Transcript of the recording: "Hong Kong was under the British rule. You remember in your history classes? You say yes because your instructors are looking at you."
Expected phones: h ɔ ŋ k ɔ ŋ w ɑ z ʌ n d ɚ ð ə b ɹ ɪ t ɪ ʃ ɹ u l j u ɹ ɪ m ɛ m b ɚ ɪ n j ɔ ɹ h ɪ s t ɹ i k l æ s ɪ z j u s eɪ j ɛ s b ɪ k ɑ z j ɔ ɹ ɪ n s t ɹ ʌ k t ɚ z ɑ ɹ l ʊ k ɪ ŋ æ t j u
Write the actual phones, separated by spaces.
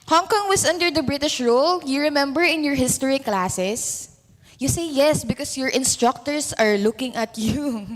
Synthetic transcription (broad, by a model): h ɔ ŋ k ɔ ŋ w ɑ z ʌ n d ɚ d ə b ɹ ɪ t ɪ ʃ ɹ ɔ l j u ɹ ɪ m ɛ m b ɚ ɪ n j ɔ ɹ h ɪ s t ɹ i k l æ s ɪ s j u s eɪ j ɛ s b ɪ k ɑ s j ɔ ɹ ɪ n s t ɹ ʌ k t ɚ s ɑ ɹ l ʊ k ɪ ŋ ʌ t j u